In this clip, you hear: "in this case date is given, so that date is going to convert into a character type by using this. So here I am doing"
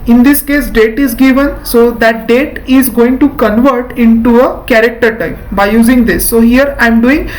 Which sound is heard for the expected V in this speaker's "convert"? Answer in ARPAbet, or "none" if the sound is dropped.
V